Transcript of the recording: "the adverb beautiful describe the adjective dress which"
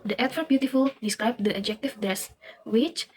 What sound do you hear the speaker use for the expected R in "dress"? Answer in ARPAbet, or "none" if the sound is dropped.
none